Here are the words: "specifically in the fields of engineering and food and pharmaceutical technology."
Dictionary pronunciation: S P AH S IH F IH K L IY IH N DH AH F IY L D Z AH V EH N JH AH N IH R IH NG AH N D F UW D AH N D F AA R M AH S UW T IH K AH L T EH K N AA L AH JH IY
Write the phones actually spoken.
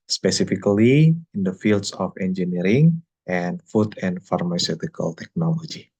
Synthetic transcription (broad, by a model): S P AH S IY F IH K L IY IH N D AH F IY L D S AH F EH N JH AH N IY R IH NG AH N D F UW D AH N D F AA R M AH S UW T IH K AH L T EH K N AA L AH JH IY